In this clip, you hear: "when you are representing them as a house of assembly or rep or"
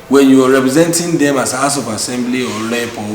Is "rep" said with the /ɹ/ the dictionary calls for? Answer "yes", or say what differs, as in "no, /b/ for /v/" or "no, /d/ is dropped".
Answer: no, /l/ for /ɹ/